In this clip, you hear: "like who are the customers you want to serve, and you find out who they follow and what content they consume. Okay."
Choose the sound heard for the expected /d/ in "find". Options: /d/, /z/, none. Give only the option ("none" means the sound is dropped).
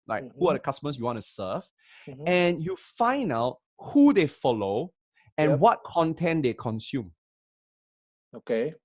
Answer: none